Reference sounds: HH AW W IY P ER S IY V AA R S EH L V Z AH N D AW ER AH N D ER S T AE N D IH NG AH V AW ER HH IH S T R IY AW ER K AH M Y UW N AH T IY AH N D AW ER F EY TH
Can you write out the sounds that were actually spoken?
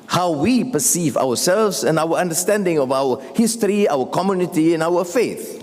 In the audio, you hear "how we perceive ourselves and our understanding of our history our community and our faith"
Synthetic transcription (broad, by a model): HH AW W IY P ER S IY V AA W S EH L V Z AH N AW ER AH N D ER S T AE N D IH NG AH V AW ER HH IH S T R IY AW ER K AH M Y UW N AH T IY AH N AW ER F EY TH